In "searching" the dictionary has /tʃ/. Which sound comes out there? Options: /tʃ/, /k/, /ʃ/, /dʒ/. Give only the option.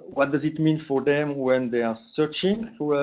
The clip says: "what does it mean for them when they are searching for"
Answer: /tʃ/